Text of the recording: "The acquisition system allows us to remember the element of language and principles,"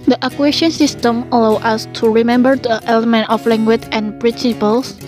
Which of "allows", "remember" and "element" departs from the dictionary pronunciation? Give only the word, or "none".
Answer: allows